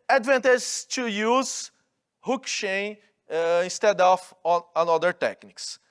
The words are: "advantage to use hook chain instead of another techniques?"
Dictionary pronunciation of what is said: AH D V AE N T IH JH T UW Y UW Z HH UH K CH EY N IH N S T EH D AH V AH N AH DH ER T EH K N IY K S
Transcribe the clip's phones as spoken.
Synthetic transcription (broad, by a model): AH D V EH N T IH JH T UW Y UW Z HH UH K SH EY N IH N S T EH D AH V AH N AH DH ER T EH K N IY K S